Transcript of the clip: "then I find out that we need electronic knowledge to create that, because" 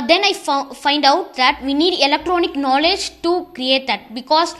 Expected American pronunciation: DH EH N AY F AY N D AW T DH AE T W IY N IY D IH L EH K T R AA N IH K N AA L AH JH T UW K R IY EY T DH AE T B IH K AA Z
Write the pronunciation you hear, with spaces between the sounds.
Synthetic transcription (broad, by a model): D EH N AY F AY N D AW T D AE T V IY N IY D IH L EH K T R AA N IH K N AA L AH JH T UW K R IY EY T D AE T B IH K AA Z